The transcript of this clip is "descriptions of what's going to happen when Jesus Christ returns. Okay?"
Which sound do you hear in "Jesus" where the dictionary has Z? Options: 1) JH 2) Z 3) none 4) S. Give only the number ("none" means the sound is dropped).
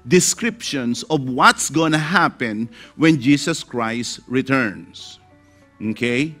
4